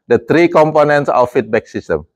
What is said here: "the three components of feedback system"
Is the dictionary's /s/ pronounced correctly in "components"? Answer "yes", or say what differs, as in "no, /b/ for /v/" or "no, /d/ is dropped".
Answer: yes